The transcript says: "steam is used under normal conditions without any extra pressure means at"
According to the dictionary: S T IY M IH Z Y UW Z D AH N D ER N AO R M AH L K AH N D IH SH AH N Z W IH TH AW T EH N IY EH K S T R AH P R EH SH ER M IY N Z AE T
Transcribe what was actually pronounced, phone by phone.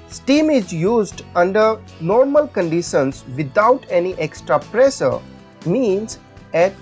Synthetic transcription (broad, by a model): S T IY M IH Z Y UW Z D AH N D ER N AO R M AH L K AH N D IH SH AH N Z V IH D AW T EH N IY EH K S T R AH P R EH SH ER M IY N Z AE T